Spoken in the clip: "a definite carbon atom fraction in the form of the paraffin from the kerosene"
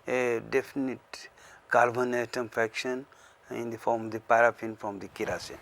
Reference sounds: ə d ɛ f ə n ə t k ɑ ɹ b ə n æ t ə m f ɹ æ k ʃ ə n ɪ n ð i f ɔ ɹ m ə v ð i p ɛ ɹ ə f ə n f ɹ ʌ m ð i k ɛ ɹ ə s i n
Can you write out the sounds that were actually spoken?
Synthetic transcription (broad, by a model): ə d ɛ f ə n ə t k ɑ l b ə n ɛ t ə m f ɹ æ k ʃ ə n ɪ n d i f ɔ ɹ m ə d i p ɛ ɹ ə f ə n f ɹ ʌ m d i k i ɹ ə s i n